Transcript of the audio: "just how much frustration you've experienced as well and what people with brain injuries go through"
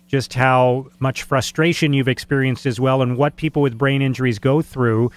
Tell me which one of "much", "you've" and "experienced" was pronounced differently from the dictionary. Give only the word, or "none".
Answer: none